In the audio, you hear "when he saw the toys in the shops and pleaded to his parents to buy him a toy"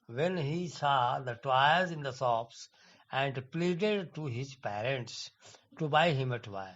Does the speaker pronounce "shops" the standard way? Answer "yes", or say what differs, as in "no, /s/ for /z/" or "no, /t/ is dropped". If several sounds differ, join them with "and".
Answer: no, /s/ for /ʃ/